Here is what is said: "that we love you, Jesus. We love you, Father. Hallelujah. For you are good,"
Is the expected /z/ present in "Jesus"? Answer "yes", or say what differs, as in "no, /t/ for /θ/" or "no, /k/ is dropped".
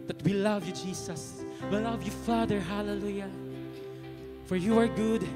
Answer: no, /s/ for /z/